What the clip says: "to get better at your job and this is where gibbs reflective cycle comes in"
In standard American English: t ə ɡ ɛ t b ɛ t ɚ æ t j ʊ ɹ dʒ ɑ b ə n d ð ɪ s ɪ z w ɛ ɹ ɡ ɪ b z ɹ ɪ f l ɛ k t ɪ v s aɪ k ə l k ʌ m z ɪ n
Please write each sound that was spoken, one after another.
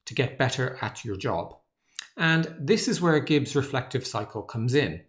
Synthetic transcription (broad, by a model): t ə ɡ ɛ t b ɛ t ɚ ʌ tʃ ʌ ɹ dʒ ɑ b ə n ð ɪ s ɪ z w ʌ ɹ ɡ ɪ b z ɹ ɪ f l ɛ k t ɪ v s aɪ k ə l k ʌ m z ɪ n